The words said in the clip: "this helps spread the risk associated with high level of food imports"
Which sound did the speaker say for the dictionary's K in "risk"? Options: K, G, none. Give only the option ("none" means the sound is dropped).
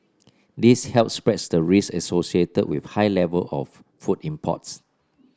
none